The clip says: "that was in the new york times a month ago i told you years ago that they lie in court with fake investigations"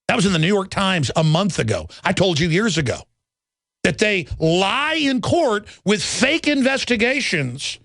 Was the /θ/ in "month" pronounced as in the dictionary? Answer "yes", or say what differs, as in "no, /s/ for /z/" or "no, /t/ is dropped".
yes